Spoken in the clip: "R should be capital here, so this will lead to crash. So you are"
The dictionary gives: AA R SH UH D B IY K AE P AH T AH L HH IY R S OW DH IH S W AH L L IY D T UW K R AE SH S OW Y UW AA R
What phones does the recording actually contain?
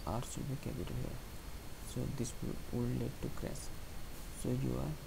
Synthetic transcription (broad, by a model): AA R S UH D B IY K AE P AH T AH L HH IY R S OW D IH S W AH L L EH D T UW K R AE S S OW Y UW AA R